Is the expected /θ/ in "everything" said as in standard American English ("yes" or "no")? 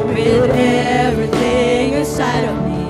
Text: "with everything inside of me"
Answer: yes